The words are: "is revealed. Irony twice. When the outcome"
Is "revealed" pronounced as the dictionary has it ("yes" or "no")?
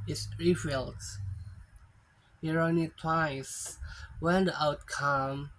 no